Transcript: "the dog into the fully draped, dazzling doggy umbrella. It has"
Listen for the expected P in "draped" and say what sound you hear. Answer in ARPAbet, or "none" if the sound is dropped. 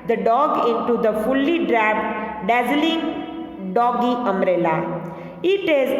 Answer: none